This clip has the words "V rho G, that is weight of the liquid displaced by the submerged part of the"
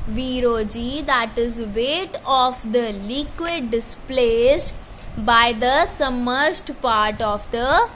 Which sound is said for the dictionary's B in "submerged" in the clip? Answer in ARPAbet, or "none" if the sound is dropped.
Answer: none